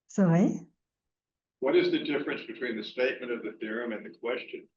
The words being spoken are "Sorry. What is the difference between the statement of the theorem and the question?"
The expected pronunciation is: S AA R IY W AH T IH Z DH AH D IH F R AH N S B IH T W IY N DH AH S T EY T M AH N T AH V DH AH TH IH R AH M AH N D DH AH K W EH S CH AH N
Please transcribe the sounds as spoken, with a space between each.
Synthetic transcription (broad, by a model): S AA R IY W AH T IH Z DH AH D IH F R AH N S B IH T W IY N DH AH S T EY T M AH N T AH V DH AH TH IH R AH M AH N DH AH K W EH S CH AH N